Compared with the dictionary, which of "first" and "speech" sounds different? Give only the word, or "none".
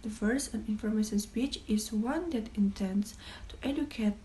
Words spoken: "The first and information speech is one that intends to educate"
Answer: first